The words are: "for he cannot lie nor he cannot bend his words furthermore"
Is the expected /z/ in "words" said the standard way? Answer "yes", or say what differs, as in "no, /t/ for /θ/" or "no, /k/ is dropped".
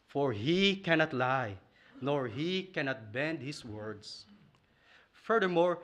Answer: no, /s/ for /z/